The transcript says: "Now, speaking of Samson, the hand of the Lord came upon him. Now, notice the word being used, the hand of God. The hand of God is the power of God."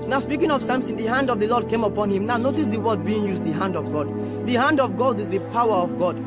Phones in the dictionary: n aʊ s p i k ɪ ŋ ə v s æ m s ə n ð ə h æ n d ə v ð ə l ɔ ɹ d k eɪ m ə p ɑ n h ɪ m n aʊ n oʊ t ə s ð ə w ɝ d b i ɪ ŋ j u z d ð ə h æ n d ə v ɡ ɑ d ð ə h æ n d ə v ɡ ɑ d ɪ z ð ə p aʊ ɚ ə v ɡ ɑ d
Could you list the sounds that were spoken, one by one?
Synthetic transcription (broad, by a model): n aʊ s p i k ɪ ŋ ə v s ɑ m s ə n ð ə h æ n d ə v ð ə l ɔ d k eɪ m ə p ɑ n h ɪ m n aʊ n oʊ t ə s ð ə w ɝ d b i ɪ ŋ j u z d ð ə h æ n d ə v ɡ ɑ d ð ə h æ n d ə v ɡ ɑ d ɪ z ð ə p aʊ ɚ ə v ɡ ɑ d